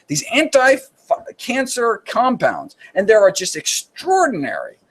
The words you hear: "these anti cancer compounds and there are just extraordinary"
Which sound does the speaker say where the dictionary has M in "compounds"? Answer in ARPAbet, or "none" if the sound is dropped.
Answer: M